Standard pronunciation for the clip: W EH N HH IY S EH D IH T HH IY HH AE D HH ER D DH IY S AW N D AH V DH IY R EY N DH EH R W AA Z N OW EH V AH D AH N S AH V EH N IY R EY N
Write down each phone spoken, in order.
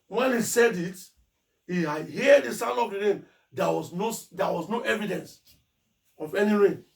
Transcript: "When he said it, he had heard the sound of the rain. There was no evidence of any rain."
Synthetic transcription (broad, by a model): W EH N HH IY S EH D IH T HH IY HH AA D HH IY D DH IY S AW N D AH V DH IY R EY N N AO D W AA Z N OW EH V AH D AH N S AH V EH N IY R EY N